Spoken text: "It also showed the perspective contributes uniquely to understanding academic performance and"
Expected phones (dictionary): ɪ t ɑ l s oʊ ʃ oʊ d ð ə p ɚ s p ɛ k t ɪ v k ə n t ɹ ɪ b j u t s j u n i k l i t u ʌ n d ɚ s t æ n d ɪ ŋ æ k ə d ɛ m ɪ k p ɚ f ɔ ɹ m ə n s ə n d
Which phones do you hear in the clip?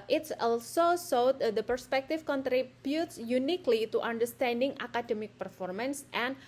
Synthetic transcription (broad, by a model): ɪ t ɑ l s oʊ s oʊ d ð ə p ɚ s p ɛ k t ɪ f k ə n t ɹ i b j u t s j u n i k l i t u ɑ n d ɚ s t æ n d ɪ ŋ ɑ k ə d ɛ m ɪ k p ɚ f ɔ ɹ m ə n s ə n